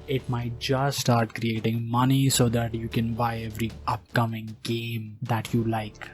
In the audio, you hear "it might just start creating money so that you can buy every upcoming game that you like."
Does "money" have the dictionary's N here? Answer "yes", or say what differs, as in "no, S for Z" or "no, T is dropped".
yes